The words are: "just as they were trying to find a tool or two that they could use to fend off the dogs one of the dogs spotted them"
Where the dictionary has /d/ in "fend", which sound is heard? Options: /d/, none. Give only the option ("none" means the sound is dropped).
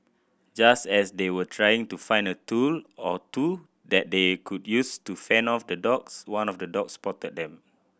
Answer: none